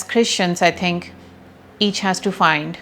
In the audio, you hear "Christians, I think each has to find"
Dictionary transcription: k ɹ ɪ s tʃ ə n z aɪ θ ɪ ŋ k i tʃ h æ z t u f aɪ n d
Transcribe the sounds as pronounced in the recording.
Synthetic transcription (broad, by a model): k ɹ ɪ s tʃ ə n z aɪ t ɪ ŋ k i tʃ h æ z t u f aɪ n d